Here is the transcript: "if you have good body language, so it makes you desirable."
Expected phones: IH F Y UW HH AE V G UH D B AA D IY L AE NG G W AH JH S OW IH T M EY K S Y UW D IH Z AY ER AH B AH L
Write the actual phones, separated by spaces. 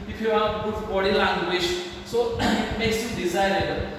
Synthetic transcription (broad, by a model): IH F Y UW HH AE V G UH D B AA D IY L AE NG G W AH SH S OW IH T M EY K S Y UW D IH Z AY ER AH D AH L